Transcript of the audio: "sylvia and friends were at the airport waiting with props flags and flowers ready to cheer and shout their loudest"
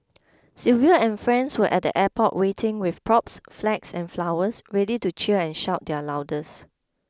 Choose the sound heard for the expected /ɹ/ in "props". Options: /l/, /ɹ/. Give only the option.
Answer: /ɹ/